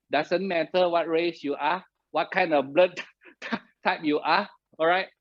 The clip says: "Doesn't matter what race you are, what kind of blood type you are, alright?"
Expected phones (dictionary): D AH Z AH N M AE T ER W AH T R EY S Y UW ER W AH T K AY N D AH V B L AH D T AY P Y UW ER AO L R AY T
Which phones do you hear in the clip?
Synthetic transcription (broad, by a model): D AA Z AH N M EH T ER W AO T R EY S Y UW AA W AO T K AY N D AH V B L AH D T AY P Y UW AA AO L R AY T